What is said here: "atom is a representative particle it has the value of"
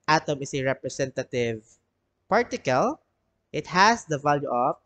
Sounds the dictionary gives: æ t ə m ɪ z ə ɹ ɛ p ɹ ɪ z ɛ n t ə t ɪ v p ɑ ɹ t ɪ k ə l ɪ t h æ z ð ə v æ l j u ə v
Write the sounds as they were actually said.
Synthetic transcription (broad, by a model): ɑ t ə m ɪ s ə ɹ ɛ p ɹ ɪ s ɛ n t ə t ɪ v p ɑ ɹ t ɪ k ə l ɪ t h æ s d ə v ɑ l j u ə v